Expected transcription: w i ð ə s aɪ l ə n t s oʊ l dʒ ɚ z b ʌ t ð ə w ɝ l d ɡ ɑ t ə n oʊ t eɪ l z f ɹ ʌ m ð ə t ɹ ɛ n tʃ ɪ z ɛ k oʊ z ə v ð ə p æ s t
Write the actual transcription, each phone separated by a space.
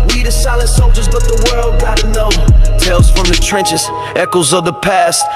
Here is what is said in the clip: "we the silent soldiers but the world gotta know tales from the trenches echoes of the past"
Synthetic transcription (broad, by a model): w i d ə s aɪ l ə n t s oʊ dʒ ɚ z b ʌ t ð ə w ɝ l d ɡ ɑ t ə n oʊ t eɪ l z f ɹ ʌ m ð ə t ɹ ɛ n tʃ ɪ z ɛ k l z ə v ð ə p æ s t